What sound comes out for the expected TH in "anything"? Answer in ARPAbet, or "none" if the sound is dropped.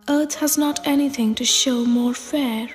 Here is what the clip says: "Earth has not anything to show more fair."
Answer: TH